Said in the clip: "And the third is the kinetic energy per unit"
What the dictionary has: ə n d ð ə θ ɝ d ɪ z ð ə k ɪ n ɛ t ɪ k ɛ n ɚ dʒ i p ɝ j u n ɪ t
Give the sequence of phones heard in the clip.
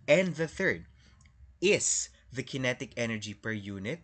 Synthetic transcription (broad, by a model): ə n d ð ə θ ɝ d ɪ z ð ə k ɪ n ɛ t ɪ k ɛ n ɚ dʒ i p ɝ j u n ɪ t